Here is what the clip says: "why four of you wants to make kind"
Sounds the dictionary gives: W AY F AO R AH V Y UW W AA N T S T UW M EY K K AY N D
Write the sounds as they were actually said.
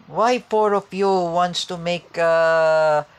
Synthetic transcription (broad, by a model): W AY P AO R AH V Y UW W AA N T S T UW M EY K K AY